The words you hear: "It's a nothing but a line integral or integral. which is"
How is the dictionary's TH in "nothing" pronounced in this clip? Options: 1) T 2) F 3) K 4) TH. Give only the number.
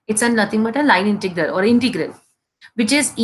1